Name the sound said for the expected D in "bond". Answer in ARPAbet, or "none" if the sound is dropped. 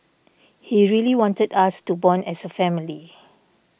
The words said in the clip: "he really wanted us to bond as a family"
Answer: none